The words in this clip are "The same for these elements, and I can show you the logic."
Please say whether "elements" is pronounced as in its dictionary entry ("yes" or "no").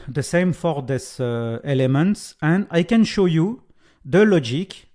yes